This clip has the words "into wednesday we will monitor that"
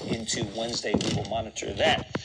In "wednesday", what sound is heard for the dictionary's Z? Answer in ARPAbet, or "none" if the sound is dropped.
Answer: Z